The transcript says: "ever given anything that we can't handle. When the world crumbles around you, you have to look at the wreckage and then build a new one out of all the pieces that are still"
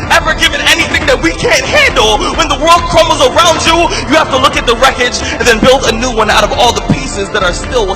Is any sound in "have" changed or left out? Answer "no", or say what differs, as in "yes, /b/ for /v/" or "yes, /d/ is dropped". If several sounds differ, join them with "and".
yes, /f/ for /v/